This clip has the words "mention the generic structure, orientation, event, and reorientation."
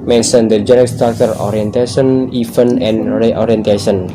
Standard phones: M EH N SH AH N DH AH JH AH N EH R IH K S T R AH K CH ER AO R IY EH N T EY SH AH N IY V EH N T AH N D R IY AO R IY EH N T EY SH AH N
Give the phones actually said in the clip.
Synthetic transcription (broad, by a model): M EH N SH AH N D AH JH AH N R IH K S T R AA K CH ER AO R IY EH N T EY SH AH N IY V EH N AH N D R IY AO R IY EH N T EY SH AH N